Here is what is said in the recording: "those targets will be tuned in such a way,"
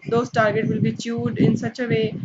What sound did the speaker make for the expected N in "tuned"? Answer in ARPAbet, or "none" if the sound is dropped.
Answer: none